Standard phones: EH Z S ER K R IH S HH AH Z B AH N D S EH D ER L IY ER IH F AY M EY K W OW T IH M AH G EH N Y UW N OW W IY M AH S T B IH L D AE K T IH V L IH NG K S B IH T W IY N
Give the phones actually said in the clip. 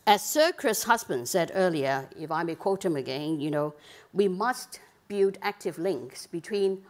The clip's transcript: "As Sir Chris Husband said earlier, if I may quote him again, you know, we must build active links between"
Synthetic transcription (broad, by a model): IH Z S ER K R IH S HH AH Z B AH N D S EH D ER L IY ER IH F AY M EY K W OW T IH M AH G EH N Y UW N OW W IY M AH S T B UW D AE K T IH V L IH NG K S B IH T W IY N